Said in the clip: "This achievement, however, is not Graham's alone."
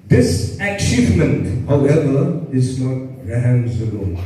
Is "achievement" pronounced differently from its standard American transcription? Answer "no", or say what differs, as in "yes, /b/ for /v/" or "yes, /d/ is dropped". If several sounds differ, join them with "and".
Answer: no